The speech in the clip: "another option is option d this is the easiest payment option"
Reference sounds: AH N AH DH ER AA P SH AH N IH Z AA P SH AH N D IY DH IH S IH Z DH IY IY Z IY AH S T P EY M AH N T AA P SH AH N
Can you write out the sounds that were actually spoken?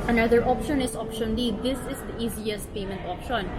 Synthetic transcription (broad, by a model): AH N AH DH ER AA P SH AH N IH S AA P SH AH N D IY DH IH S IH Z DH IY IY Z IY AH S T P EY M AH N T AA P SH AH N